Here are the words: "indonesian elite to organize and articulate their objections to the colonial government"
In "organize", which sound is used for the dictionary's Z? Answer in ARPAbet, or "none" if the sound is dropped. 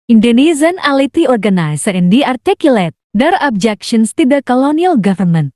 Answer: S